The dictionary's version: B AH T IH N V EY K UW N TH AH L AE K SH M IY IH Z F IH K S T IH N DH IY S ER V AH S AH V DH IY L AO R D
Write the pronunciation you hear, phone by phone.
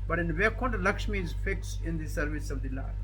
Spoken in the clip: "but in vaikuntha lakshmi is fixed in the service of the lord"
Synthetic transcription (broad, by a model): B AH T IH N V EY K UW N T L AE K SH M IY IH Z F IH K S IH N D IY S ER V AH S AH V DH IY L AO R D